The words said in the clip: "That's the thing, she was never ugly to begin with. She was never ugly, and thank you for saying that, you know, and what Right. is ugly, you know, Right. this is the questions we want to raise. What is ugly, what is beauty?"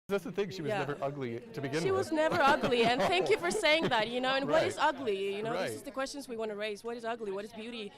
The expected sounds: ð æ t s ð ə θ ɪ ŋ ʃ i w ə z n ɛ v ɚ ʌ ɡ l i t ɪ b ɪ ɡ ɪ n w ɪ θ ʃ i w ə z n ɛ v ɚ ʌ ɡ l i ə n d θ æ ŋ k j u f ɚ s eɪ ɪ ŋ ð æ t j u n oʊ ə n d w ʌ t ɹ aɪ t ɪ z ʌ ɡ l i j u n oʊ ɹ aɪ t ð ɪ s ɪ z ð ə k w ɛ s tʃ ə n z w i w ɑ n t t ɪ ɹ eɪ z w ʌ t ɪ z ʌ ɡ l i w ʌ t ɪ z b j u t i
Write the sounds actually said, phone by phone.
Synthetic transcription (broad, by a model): ð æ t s ð ə θ ɪ ŋ ʃ i w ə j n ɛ v ɚ ʌ ɡ l i t ɪ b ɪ ɡ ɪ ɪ ʃ i w ə z n ɛ v ɚ ʌ ɡ l i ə n θ æ ŋ k j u f ɚ s eɪ ɪ ŋ ð æ t j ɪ n oʊ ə n w ʌ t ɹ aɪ t ɪ z ʌ ɡ l i j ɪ n oʊ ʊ ð ɪ s ɪ z ð ə k w ɛ s tʃ ə n z w i w ɑ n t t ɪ ɹ eɪ z w ʌ t ɪ z ʌ ɡ l i w ʌ t ɪ z b j u t i